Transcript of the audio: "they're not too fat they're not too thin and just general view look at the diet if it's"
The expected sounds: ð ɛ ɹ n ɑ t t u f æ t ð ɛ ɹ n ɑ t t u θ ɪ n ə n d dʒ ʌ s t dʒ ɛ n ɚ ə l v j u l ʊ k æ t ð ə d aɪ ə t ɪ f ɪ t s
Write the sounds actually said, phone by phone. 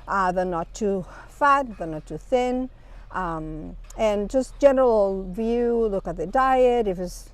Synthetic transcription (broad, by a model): ð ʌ ɹ n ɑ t t u f æ t ð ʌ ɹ n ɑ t t u θ ɪ n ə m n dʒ ʌ s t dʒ ɛ n ɚ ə l v j u l ʊ k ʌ t ð ə d aɪ ə t ɪ f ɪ t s